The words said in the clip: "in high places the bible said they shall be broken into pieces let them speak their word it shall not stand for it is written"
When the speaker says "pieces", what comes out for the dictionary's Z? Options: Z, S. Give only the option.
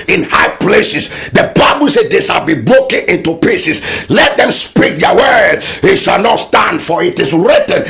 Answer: S